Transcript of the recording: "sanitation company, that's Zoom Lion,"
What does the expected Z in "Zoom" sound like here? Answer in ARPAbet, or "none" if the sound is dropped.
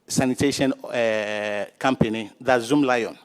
Z